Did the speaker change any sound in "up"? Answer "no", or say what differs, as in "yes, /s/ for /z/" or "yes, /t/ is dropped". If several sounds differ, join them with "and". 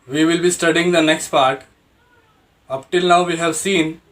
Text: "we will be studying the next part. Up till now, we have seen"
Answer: no